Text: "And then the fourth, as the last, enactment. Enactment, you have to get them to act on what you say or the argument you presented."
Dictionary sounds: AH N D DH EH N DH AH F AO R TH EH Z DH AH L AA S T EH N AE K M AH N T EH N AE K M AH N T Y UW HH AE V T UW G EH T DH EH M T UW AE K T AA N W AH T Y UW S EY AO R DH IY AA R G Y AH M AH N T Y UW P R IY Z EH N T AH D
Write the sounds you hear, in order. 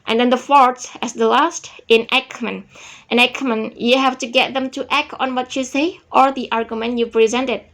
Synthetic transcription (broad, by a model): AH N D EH N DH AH F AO R S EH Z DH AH L AA S T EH N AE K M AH N T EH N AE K M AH N Y UW HH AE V T UW G EH T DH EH M T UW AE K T AA N W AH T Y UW S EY AO R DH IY AA R G Y AH M AH N T Y UW P R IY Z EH N T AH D